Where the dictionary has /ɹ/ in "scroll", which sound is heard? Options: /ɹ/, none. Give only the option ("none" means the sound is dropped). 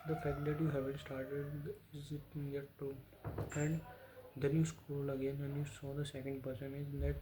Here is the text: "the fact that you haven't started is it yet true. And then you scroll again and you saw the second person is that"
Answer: none